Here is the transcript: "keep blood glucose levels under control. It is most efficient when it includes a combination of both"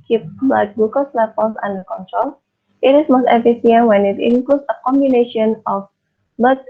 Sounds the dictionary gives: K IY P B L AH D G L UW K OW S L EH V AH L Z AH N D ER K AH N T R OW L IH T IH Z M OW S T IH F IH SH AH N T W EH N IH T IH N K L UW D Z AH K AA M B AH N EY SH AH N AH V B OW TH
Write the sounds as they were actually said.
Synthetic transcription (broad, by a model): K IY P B AH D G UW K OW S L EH F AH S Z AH N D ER K AH N T R OW L IH T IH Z M OW S T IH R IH S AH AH W EH N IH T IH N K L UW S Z AH K AA M B AH N EY SH AH N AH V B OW